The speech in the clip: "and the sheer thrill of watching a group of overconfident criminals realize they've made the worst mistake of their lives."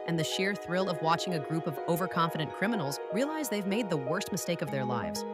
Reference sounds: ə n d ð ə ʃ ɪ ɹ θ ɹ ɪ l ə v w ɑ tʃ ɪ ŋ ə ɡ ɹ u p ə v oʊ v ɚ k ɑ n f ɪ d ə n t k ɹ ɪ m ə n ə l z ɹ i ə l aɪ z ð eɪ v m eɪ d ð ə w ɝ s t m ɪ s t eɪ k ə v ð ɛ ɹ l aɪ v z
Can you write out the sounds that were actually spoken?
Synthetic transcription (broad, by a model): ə n ð ə ʃ ɪ ɹ θ ɹ ɪ l ə v w ɑ tʃ ɪ ŋ ə ɡ ɹ u p ə v oʊ v ɚ k ɑ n f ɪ d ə n k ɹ ɪ m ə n l z ɹ i ə l aɪ z ð eɪ v m eɪ d ð ə w ɝ s t m ɪ s t eɪ k ə v ð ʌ ɹ l aɪ v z